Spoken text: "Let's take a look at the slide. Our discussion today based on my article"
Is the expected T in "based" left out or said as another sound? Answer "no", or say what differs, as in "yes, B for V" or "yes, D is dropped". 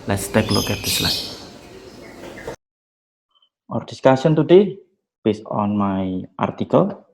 yes, T is dropped